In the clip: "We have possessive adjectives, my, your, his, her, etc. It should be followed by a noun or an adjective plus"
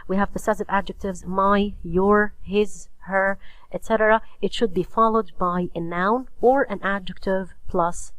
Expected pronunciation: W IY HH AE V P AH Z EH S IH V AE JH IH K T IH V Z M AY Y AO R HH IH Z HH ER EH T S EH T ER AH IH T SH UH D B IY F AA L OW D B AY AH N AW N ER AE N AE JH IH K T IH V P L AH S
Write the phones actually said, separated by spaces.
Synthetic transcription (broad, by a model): W IY HH AE V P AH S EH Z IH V AE JH IH K T IH V Z M AY Y AO R HH IH Z HH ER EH T S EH T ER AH IH T SH UH D B IY F AA L OW D B AY AH N AW N ER AE N AE JH IH K T IH V P L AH S